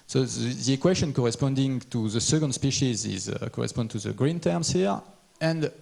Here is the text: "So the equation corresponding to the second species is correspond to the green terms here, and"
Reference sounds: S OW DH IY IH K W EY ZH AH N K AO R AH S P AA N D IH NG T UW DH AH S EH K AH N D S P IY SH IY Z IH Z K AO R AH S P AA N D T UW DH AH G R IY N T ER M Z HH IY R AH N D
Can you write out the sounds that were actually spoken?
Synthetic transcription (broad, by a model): S OW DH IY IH K W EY SH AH N K AO R AH S P AA N D IH NG T UW DH AH S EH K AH N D S P IY SH IY Z IH Z K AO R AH S P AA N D T UW DH AH G R IY N T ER M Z HH IY R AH N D